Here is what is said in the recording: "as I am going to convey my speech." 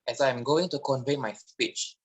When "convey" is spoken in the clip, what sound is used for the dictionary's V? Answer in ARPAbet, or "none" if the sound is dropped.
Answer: V